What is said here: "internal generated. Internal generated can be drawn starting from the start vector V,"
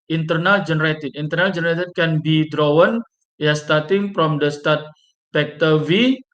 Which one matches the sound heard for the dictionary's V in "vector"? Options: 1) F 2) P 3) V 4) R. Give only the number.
2